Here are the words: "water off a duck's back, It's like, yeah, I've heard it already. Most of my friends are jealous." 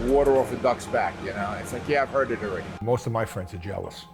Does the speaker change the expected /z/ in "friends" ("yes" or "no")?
no